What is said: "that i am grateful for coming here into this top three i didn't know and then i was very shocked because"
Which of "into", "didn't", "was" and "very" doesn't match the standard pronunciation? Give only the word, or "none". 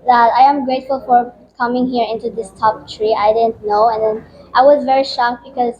none